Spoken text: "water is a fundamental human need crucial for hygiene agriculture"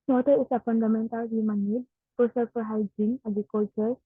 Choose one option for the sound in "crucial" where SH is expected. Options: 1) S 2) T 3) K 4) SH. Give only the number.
1